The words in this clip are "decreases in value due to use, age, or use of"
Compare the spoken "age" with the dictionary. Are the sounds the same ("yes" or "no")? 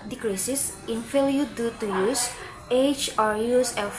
no